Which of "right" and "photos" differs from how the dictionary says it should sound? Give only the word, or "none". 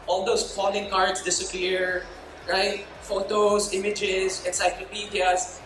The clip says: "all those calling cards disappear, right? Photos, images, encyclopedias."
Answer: photos